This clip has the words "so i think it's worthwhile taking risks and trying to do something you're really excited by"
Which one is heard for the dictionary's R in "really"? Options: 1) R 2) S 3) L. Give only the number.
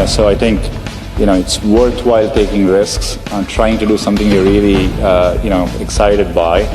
3